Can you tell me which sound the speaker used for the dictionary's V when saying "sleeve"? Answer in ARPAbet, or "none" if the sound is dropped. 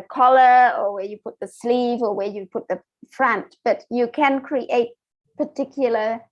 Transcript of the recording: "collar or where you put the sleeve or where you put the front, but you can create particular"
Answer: V